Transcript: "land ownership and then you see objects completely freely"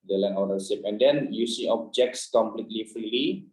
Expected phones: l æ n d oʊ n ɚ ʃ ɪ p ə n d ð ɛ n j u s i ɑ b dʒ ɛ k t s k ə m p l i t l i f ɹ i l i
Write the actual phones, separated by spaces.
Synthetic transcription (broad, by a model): l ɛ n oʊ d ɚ s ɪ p ə n d ɛ n j u s i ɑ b dʒ ɛ k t s k ə m p l i t l i f ɹ i l i